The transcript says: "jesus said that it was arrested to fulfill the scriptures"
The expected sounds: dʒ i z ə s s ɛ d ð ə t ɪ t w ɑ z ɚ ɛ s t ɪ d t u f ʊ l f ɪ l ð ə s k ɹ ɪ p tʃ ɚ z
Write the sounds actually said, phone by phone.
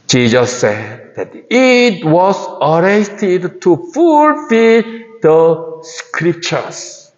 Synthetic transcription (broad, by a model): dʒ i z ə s s ɛ d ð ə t ɪ t w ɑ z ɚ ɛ t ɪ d t u f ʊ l f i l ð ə s k ɹ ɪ p tʃ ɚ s